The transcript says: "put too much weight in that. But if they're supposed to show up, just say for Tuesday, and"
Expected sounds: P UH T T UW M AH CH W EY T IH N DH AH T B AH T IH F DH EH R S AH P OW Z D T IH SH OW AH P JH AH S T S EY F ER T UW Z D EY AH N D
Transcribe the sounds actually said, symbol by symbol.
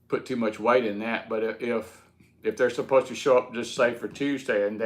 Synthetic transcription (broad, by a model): P UH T T UW M AH CH W EY T IH N DH AH T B AH T IH F DH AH R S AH P OW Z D T IH SH OW AH P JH AH S T S EY F ER T UW Z D EY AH N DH